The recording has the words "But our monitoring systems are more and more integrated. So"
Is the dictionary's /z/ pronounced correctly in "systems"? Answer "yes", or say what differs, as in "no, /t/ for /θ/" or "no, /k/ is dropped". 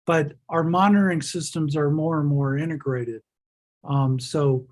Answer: yes